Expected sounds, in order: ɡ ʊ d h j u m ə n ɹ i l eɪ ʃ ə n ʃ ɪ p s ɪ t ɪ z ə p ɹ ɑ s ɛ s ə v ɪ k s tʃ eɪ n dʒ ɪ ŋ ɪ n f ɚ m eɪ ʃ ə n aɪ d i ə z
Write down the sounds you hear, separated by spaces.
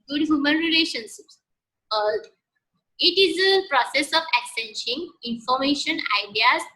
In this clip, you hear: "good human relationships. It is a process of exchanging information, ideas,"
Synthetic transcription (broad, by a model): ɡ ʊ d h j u m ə n ɹ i l eɪ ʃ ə n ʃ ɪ p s ɪ t ɪ z ə p ɹ ɑ s ɛ s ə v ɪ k s eɪ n ʃ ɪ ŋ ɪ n f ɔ m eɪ ʃ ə n aɪ d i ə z